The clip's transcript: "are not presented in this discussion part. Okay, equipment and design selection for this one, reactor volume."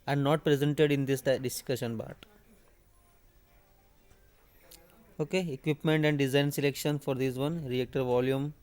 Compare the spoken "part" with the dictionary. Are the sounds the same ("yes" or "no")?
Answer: no